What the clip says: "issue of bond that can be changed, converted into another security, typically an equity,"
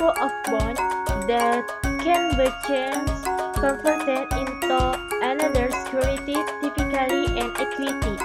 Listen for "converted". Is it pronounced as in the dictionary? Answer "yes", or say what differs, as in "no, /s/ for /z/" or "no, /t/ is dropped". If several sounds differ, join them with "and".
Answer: no, /f/ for /v/